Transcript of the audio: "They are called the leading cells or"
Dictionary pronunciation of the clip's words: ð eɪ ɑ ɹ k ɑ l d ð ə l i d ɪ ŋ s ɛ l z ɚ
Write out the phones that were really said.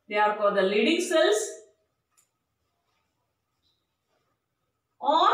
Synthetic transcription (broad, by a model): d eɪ ɑ ɹ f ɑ d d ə l i d ɪ ŋ s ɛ l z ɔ